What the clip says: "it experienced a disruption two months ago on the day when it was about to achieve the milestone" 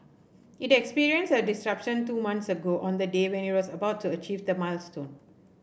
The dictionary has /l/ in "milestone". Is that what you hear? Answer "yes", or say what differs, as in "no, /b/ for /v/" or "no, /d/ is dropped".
yes